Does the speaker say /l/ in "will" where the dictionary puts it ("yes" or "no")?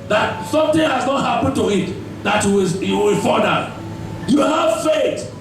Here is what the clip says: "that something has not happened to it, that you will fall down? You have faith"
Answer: no